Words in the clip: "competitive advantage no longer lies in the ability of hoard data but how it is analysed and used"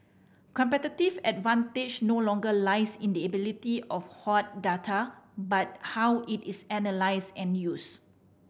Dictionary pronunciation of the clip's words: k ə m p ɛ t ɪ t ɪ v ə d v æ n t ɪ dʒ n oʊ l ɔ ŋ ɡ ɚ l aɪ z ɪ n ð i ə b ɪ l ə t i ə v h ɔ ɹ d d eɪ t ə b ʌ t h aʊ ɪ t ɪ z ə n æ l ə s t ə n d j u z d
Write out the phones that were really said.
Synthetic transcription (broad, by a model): k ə m p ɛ t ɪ t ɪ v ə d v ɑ n t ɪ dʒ n oʊ l ɔ ŋ ɡ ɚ l aɪ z ɪ n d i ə b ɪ l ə t i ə f h ɔ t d d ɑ t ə b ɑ t h aʊ ɪ t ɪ s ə n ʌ l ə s ə n j u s